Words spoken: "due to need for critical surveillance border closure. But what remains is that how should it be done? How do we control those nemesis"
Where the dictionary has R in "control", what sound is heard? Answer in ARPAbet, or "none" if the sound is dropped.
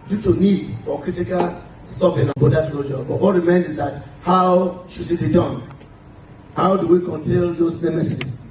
none